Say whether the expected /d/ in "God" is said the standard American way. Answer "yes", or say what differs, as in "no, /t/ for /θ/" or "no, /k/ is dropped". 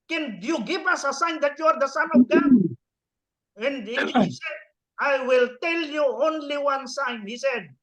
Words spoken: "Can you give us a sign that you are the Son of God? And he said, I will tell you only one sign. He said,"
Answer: no, /d/ is dropped